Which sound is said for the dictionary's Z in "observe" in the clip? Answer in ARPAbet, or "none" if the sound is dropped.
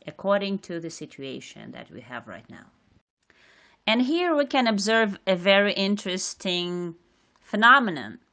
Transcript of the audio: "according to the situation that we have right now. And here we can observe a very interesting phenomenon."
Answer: Z